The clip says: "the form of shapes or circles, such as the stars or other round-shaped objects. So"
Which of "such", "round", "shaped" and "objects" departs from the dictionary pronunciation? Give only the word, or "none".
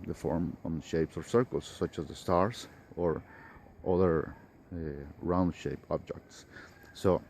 shaped